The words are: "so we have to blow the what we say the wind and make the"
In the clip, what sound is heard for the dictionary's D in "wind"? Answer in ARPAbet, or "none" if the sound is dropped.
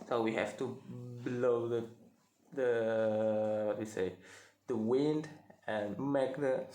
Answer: D